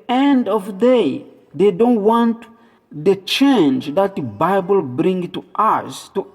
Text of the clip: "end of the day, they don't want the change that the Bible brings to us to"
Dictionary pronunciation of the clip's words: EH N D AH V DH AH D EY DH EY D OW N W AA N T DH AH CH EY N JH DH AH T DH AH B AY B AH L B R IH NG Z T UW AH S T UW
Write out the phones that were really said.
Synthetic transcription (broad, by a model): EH N D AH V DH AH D EY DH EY D OW N W AA N T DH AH CH EY N JH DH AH T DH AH B AY B AH L B R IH NG T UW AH S T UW